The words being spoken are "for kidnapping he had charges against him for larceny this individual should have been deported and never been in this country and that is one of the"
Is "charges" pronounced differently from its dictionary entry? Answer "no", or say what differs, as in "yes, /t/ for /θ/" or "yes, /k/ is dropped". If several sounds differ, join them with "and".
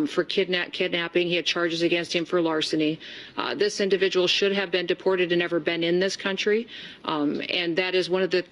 no